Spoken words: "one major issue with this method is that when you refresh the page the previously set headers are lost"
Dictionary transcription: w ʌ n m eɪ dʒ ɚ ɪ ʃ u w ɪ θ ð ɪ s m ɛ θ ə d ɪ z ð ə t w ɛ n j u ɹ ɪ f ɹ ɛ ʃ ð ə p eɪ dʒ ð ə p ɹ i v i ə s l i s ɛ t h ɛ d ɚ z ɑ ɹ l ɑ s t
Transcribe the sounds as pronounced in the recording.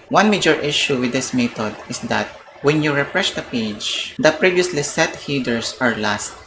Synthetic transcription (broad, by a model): w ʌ n m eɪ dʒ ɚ ɪ ʃ u w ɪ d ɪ s m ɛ t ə d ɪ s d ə t w ɛ n j u ɹ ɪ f ɹ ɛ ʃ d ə p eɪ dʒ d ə p ɹ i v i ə s l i s ɛ t h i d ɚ s ɑ ɹ l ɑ s t